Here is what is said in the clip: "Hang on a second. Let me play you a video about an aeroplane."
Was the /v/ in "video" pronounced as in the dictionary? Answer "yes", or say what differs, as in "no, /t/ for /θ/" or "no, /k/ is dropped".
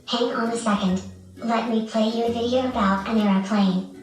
yes